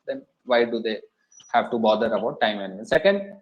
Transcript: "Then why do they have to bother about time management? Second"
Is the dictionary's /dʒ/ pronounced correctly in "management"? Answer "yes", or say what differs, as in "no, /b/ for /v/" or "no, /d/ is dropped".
no, /dʒ/ is dropped